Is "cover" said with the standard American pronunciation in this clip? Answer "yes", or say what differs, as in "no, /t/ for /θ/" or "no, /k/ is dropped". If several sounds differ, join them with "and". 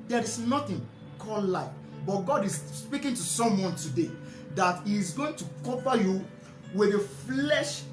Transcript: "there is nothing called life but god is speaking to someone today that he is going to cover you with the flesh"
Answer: no, /p/ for /v/